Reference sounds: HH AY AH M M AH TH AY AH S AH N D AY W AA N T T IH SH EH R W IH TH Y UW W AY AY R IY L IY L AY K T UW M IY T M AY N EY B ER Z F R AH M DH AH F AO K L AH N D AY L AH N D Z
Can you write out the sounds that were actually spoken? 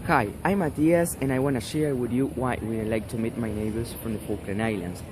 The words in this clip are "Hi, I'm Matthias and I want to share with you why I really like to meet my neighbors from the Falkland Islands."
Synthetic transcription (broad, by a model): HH AY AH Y M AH T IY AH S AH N AY W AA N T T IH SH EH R W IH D Y UW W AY AY W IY N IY L AY K T UW M IY T M AY N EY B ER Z F R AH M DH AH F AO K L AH N AY L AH N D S